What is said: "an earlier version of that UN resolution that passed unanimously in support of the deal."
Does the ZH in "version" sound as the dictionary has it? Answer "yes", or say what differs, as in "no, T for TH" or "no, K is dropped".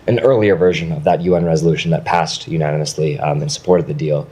yes